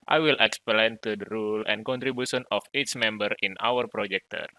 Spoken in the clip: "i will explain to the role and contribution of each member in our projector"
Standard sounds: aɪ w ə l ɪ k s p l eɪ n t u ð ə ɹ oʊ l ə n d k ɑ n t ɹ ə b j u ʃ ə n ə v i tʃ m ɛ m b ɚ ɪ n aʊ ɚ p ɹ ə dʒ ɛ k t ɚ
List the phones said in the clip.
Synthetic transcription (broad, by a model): aɪ w ə l ɪ k s p l eɪ n t u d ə ɹ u l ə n k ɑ n t ɹ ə b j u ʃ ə n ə f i s m ɛ m b ɚ ɪ n aʊ ɚ p ɹ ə dʒ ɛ k t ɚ